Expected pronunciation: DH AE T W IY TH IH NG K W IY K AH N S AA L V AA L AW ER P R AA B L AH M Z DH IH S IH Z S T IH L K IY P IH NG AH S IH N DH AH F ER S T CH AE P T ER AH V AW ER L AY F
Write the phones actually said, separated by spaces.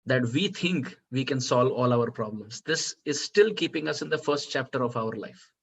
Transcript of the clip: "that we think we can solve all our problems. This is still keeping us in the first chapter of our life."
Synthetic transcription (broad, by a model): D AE T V IY T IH NG K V IY K AH N S AA L V AA L AW ER P R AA B L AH M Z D IH S IH Z S T IH L K IY P IH NG AH S IH N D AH F ER S T CH AE P T ER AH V AW ER L AY F